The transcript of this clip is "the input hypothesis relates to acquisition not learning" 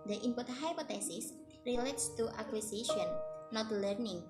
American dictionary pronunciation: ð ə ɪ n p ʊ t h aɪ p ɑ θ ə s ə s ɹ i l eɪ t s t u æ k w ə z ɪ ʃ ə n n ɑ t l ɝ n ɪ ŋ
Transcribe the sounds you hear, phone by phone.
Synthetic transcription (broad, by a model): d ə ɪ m p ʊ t h aɪ p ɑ t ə s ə s ɹ i l eɪ t s t u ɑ k w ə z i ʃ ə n n ɑ t l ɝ n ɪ ŋ